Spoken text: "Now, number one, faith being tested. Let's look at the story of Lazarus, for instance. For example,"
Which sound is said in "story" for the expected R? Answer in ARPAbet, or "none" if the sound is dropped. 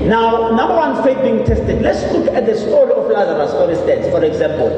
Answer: L